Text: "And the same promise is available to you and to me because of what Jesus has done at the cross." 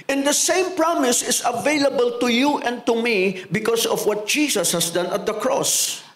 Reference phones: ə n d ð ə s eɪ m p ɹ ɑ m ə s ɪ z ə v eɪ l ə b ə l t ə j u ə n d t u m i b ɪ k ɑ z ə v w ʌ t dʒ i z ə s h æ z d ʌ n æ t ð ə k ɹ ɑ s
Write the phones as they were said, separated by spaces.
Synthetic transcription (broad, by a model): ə n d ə s eɪ m p ɹ ɑ m ə s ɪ s ə v eɪ l ə b ə l t ə j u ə n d t u m i b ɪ k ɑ s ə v w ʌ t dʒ i s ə s h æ s d ʌ n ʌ t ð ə k ɹ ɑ s